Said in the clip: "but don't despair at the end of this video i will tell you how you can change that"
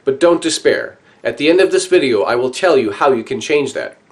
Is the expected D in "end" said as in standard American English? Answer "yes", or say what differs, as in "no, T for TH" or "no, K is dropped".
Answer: yes